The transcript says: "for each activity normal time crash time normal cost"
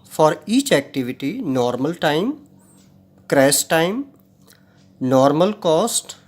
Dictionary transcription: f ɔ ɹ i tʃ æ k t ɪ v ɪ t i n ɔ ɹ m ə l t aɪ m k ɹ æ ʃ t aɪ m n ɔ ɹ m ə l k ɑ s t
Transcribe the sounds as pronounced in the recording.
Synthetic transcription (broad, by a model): f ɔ ɹ i tʃ æ k t ɪ v ɪ t i n ɔ ɹ m ə l t aɪ m k ɹ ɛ s t aɪ m n ɔ ɹ m ə l k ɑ s t